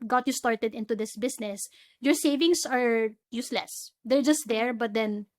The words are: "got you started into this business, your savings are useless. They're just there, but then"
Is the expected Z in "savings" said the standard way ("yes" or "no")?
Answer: no